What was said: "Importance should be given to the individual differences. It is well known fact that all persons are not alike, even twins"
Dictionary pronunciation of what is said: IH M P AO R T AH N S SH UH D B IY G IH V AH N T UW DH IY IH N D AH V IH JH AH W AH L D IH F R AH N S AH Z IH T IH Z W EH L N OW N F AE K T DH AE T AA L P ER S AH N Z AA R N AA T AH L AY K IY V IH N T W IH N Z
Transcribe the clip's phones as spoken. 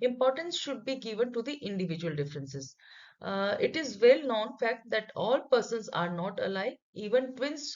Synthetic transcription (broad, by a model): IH M P AO R T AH N S SH UH D B IY G IH V AH N T UW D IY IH N D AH V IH JH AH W AH L D IH F R AH N S AH Z IH T IH Z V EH L N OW N F AE K T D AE T AA L P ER S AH N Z AA R N AA T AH L AY IY V IH N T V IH N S